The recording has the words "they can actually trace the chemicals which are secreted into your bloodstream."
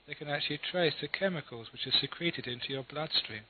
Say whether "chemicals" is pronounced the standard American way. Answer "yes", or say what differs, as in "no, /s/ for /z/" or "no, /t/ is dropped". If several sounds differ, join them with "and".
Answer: yes